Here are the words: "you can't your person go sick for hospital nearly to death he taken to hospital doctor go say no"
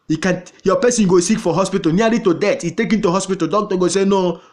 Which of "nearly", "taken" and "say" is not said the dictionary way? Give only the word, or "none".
nearly